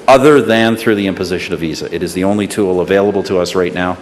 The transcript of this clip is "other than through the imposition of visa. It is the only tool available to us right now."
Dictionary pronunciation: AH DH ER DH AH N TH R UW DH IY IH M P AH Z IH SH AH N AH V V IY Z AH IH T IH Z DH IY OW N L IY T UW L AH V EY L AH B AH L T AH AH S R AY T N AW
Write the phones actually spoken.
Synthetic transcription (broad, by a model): AH DH ER DH AH N TH R UW DH IY IH M P AH Z IH SH AH N AH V V IY Z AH IH T IH Z DH IY OW N L IY T UW L AH V EY L AH B L T AH AH S R AY T N AW